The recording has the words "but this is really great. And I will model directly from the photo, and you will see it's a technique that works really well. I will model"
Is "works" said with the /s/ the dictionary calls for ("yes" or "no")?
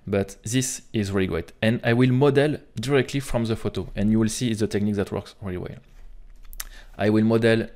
yes